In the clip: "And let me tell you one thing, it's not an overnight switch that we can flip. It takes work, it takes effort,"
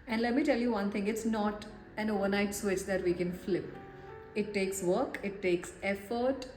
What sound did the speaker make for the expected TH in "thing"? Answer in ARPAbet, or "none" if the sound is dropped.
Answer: T